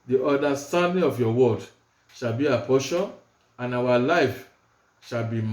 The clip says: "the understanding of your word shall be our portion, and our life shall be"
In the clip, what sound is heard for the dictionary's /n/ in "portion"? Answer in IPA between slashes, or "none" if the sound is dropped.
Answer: none